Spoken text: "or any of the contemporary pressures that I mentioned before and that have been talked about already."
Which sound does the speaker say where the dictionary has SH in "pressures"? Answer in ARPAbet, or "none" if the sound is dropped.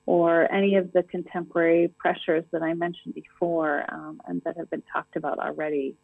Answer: SH